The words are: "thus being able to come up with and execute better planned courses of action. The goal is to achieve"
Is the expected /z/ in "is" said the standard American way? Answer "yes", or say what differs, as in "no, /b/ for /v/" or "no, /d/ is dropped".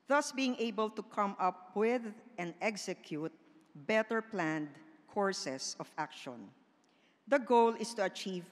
no, /s/ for /z/